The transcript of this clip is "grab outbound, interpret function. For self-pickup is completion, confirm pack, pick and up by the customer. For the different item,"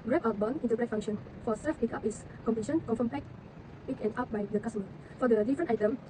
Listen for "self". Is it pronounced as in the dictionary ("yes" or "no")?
no